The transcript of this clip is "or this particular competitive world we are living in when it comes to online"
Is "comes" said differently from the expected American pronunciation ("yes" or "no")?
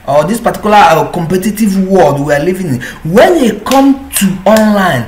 yes